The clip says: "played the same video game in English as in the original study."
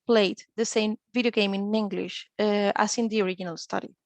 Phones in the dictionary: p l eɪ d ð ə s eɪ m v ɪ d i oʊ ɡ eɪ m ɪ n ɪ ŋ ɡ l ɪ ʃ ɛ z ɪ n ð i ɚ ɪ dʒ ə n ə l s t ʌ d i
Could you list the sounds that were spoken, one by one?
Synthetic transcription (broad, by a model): p l eɪ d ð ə s eɪ m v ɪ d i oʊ ɡ eɪ m ɪ n ɪ ŋ ɡ l ɪ ʃ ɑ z ɪ n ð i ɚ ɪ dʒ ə n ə l s t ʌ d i